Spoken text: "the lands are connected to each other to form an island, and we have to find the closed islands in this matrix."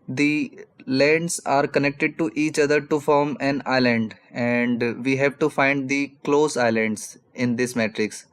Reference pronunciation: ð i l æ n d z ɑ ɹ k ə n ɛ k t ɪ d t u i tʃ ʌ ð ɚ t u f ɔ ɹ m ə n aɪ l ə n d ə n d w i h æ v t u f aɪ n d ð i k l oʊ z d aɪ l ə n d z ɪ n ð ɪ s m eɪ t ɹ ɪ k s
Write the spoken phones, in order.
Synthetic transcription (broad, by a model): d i l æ n d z ɑ ɹ k ə n ɛ k t ɪ d t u i tʃ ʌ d ɚ t u f ɔ ɹ m ə n aɪ l ə n d ə n d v i h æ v t u f aɪ n d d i k l oʊ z aɪ l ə n d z ɪ n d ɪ s m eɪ t ɹ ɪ k s